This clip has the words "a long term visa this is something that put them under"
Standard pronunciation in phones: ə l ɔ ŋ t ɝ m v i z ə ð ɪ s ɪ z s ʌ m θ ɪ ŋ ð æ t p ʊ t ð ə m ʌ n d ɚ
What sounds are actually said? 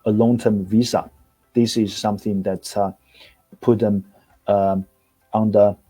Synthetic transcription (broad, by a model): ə l ɔ ŋ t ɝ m v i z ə ð ɪ s ɪ z s ʌ m θ ɪ ŋ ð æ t p ʊ t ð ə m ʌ n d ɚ